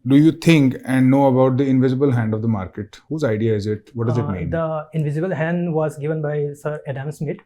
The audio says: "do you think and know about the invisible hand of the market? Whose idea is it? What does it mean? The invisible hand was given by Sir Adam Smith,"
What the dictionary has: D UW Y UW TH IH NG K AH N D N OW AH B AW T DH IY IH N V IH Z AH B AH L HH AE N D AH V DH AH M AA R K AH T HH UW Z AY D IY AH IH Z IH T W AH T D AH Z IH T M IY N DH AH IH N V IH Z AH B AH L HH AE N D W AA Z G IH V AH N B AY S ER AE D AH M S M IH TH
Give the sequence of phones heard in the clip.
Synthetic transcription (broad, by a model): D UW Y UW T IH NG K AH N D N OW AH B AW T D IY IH N V IH Z AH B AH L HH AE N D AH V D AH M AA R K AH T HH UW Z AY D IY AH IH Z IH T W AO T D AH Z IH T M IY N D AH IH N V IH Z AH B AH L HH AE N D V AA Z G IH V AH N B AY S ER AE D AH M S M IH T